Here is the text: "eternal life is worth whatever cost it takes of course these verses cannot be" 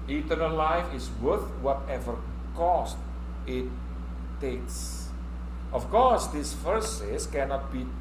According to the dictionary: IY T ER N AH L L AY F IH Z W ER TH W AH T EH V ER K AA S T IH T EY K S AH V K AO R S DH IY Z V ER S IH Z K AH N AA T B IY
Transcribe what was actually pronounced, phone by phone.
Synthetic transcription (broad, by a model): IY T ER N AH L L AY F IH S W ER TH W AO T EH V ER K AA S T IH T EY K S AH F K AO R S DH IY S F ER S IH S K AH N AA T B IY